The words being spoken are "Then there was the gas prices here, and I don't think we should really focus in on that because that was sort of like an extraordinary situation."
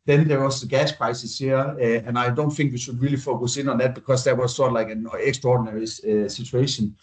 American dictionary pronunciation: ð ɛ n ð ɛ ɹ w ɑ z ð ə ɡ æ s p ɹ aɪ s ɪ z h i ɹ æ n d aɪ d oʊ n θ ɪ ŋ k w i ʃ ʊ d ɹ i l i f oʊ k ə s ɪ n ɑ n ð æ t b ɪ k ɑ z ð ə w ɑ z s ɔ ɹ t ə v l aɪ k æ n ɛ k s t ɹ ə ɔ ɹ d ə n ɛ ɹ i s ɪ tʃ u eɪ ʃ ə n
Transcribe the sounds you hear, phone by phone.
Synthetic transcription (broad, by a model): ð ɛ n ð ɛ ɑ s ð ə ɡ æ s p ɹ aɪ s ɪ s h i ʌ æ n aɪ d oʊ n θ ɪ ŋ k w i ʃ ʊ d ɹ i l i f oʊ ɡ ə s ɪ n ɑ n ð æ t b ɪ k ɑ s ð ə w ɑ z s ɔ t l aɪ k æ n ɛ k s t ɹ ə ɔ d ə n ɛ ɹ i s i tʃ u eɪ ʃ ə n